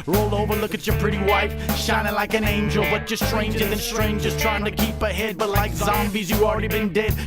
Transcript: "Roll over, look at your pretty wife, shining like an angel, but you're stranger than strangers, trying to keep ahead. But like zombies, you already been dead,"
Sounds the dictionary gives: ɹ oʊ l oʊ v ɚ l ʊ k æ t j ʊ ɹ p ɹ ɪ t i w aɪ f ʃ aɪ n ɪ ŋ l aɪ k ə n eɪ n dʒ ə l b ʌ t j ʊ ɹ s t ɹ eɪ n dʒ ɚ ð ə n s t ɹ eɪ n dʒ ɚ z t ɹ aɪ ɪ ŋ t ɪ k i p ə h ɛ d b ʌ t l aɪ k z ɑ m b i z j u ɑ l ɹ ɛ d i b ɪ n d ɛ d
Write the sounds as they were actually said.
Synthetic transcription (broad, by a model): ɹ oʊ l oʊ v ɚ l ʊ k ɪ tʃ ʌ ɹ p ɹ ɪ t i w aɪ f ʃ aɪ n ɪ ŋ l aɪ k ə n eɪ n dʒ ə l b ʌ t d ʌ s t ɹ eɪ n dʒ ɚ ð ə n s t ɹ eɪ n dʒ ɚ z t ɹ aɪ ɪ ŋ t ɪ k i p ə h ɛ d b ʌ t l aɪ k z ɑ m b i z j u ɑ l ɹ ɛ d i b ɪ n d ɛ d